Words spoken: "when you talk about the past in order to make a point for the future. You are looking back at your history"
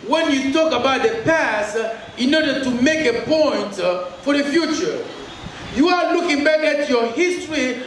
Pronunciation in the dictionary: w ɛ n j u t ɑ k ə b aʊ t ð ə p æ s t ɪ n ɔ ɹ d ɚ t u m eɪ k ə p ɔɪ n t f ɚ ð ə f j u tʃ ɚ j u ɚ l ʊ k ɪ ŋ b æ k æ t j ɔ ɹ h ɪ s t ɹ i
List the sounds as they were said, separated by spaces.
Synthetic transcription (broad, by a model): w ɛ n j u t ɑ k ə b aʊ t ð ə p æ s t ɪ n ɔ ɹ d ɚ t u m eɪ k ə p ɔɪ n t f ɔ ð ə f j u tʃ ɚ j u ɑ l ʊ k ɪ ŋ b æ k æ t j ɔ h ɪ s t ɹ i